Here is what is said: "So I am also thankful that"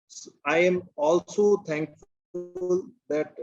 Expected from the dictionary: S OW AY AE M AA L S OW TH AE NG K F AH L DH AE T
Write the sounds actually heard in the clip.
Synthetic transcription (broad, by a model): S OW AY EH M AA L S OW T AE NG K F L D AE T